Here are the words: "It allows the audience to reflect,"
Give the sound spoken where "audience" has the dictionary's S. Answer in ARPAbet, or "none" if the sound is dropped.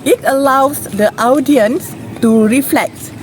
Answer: S